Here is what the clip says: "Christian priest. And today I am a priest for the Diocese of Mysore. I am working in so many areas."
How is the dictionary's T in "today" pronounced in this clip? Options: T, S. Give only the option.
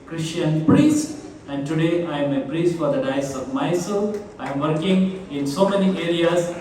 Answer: T